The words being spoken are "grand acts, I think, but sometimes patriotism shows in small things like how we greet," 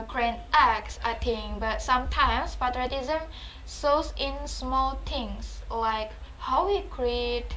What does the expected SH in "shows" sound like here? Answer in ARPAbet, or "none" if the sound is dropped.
S